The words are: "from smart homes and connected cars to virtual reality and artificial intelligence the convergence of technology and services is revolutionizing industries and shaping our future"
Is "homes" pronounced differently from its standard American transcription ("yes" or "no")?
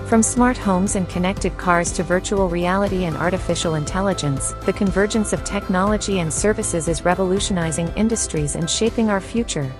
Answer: no